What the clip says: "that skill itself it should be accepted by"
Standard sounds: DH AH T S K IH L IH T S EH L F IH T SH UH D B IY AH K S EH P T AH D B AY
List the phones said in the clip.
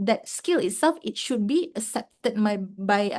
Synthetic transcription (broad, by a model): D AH T S K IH L IH T S EH L F IH T SH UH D B IY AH S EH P T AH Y B AY